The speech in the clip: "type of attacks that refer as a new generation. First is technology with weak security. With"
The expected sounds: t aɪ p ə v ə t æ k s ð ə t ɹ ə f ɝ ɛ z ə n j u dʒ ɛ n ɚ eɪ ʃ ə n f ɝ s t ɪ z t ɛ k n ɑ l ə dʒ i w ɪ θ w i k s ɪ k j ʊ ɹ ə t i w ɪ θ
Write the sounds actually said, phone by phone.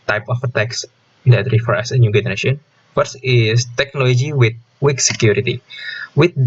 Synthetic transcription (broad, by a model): t aɪ p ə f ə t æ k s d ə t ɹ ə f ɝ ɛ s ə n j u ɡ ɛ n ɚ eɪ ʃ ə n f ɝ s ɪ s t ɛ k n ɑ l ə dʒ i w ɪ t w i k s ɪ k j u ɹ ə t i w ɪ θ